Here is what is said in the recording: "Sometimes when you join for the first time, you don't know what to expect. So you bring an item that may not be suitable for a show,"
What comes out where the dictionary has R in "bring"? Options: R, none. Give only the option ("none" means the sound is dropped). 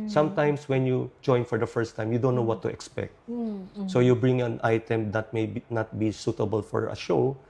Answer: R